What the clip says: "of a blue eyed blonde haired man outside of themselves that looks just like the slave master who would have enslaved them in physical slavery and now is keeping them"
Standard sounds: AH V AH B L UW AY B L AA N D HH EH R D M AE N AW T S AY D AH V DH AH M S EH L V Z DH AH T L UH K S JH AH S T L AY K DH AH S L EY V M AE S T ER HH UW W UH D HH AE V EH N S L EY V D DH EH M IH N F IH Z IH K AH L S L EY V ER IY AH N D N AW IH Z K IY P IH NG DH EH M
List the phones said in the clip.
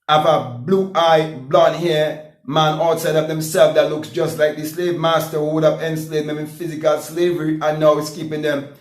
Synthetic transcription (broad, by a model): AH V AH B L UW AY B L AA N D HH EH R M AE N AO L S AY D AH V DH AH M S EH L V DH AH T L UH K S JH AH S T L AY K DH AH S L EY V M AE S T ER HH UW W UH D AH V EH N S L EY D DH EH M IH N F IH Z IH K AH L S L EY V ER IY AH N N AW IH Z K IY P IH NG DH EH M